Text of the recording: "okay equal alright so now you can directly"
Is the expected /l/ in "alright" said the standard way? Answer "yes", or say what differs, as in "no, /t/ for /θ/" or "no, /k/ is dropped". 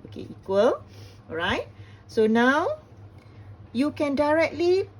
no, /l/ is dropped